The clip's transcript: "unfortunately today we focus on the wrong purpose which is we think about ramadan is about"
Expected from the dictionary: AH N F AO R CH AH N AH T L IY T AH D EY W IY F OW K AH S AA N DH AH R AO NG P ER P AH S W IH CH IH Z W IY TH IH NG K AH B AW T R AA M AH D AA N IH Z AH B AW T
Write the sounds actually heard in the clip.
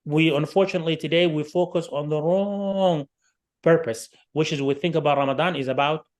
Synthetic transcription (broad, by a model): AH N F AO R CH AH N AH T L IY T AH D EY W IY F OW K AH S AA N DH AH R AO NG P ER P AH S W IH CH IH Z W IY TH IH NG K AH B AW T R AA M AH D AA N IH Z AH B AW T